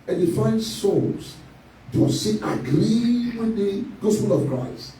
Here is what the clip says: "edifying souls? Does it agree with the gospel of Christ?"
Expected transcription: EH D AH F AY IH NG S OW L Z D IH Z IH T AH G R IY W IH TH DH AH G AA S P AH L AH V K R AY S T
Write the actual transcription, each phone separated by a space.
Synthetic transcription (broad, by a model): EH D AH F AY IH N S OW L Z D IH S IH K AH G R IY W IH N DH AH G AA S P AH L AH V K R AY S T